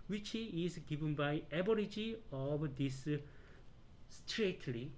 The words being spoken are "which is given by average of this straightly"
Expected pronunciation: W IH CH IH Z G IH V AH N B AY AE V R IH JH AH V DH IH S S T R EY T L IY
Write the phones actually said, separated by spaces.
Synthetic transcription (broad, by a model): W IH CH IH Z G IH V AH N B AY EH B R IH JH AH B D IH S S T R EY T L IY